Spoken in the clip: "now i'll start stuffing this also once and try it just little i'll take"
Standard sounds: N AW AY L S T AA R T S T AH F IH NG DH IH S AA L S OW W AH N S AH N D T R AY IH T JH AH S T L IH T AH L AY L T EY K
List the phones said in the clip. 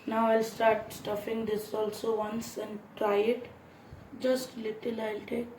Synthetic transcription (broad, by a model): N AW AY L S T AA R T S T AH F IH NG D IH S AA L S OW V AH N S AH N D T R AY IH T JH AH S T L IH T AH L AY L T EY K